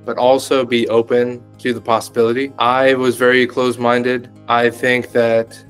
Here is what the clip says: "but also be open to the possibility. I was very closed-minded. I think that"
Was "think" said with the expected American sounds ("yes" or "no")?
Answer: yes